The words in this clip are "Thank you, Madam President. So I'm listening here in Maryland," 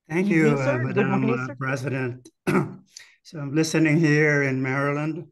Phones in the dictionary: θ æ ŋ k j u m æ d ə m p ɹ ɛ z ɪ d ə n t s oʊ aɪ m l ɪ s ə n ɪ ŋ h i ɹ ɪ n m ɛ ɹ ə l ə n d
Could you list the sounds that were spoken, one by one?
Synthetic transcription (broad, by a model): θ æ ŋ k j u m æ d ə m p ɹ ɛ z ɪ d ə n t s oʊ aɪ m l ɪ s ə n ɪ ŋ h i ɹ ɪ n m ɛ ɹ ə l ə n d